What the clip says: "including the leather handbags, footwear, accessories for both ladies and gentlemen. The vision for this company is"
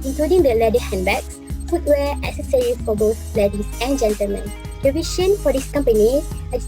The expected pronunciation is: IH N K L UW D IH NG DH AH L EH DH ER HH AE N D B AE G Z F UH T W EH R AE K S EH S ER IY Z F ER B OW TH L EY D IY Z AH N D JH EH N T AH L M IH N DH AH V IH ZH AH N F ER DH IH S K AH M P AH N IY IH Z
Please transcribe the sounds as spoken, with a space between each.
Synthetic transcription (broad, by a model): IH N K L UW D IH NG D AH L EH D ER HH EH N B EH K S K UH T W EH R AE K S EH S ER IY F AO B OW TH L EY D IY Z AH N JH EH N T AH L M IH N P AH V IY SH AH N F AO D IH S K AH M P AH N IY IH